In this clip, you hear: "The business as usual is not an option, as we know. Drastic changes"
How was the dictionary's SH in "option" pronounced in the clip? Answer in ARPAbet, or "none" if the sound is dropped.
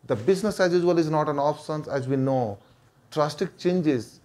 S